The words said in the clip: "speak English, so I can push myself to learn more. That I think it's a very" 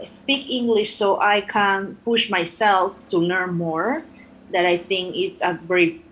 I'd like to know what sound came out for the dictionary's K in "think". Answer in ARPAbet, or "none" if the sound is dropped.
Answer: K